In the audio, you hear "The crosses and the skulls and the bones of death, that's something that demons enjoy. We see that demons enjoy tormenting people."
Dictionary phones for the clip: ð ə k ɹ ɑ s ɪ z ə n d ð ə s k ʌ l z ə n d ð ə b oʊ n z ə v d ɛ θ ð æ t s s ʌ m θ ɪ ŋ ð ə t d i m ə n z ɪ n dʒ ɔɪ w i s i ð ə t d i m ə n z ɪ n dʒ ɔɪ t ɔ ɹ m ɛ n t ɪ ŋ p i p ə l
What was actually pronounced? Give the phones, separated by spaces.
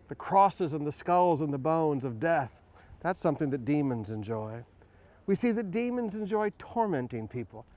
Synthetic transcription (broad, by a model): ð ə k ɹ ɑ s ɪ z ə n ð ə s k ʌ l z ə n ð ə b oʊ n z ə v d ɛ θ ð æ t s s ʌ m θ ɪ ŋ ð ə t d i m ə n z ɪ n dʒ ɔɪ w i s i ð ə t d i m ə n z ɪ n dʒ ɔɪ t ɔ ɹ m ɛ n t ɪ ŋ p i p l